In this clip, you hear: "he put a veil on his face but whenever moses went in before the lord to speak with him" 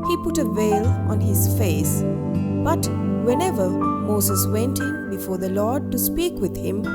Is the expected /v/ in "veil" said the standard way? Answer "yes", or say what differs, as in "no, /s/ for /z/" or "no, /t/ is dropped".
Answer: yes